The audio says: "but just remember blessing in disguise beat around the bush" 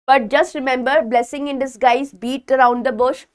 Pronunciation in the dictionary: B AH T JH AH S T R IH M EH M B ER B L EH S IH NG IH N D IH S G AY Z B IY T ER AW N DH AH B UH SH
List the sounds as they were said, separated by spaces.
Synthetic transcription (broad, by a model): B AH T JH AH S T R IH M EH M B ER B L EH S IH NG IH N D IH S G AY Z B IY T ER AW N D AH B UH SH